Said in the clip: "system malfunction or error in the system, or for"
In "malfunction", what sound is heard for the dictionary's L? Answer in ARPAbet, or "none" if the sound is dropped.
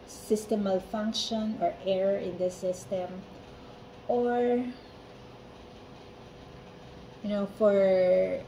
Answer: L